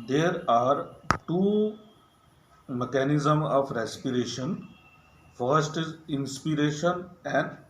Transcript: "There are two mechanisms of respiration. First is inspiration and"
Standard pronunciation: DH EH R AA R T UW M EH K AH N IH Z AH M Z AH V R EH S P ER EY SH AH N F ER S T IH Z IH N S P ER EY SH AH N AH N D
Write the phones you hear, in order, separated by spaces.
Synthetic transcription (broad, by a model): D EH R AA R T UW M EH K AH N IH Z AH M AH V R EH S P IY EY SH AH N F ER S T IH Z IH N S P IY EY SH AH N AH N D